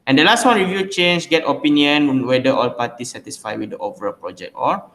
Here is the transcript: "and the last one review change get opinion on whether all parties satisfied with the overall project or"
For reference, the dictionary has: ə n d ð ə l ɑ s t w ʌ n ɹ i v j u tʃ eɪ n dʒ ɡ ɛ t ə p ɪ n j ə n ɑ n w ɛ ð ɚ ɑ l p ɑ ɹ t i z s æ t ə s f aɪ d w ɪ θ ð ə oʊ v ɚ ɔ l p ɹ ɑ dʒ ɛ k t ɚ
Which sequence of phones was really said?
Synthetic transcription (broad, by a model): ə n d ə l ɑ s t w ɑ n ɹ i v j u tʃ eɪ n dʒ ɡ ɛ t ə p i n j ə ɑ n w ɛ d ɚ ɑ l p ɑ t i s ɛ t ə s f aɪ w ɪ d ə oʊ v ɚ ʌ p ɹ ɑ dʒ ɛ k t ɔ